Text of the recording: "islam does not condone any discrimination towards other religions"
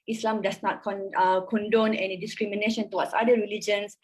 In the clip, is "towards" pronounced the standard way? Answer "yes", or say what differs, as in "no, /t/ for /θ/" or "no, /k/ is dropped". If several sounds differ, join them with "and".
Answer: no, /z/ is dropped